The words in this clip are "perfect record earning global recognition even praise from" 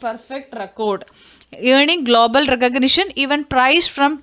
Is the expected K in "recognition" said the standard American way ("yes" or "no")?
yes